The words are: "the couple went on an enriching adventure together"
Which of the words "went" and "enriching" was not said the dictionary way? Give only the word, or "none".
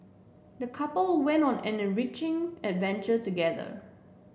none